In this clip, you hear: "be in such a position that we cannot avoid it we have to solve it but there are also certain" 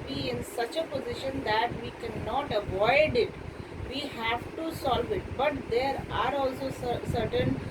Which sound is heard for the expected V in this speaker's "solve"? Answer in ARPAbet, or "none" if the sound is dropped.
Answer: V